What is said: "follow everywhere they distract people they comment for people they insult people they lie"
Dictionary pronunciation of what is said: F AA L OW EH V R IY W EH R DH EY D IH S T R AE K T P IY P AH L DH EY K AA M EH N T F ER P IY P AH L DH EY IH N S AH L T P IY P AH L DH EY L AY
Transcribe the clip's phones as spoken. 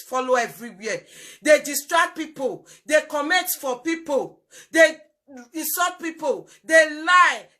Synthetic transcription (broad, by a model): F AA L OW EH V R IY W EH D EY D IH S T R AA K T P IY P AH L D EY K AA M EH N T F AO P IY P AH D EY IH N S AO T P IY P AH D EY L AY